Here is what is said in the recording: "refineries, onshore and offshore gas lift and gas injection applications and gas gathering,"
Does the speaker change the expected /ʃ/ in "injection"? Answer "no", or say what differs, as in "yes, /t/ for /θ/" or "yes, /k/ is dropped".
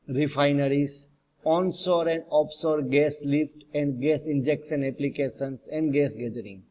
yes, /s/ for /ʃ/